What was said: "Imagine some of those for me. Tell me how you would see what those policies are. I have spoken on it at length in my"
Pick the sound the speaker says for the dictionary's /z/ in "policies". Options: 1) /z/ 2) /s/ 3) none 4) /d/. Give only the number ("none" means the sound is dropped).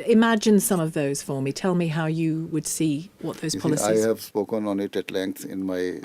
3